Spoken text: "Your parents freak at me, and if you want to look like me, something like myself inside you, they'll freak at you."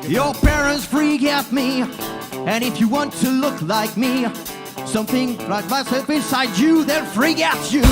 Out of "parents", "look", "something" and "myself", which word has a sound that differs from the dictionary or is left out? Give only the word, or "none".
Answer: none